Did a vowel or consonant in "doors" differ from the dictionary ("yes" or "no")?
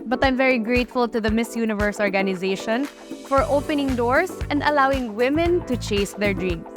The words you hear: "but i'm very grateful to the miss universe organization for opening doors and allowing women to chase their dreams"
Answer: yes